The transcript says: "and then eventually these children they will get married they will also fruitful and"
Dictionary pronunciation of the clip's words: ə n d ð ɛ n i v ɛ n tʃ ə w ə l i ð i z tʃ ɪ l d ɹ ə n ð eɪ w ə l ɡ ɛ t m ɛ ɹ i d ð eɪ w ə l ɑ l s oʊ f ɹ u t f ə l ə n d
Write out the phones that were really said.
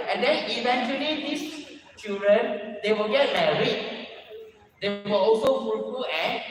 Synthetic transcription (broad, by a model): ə n d ɛ n i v ɛ n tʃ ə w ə l i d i s tʃ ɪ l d ɹ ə n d eɪ w ə l ɡ ɛ t m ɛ ɹ i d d eɪ w ə l ɑ l s oʊ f u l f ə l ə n